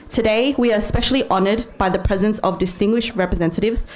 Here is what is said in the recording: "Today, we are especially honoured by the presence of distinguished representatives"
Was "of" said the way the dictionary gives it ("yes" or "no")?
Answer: yes